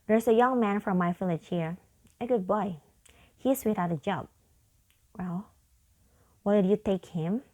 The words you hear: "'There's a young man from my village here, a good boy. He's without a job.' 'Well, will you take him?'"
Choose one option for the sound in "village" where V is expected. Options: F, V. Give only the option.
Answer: F